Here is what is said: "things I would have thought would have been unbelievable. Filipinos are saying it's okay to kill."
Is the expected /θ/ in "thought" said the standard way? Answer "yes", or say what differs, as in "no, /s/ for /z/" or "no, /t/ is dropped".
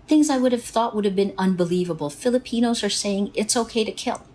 yes